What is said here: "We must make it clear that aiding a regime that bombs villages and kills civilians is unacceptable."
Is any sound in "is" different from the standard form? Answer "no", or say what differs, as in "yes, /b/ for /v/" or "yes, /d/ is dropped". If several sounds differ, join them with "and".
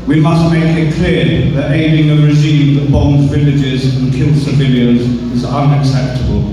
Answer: no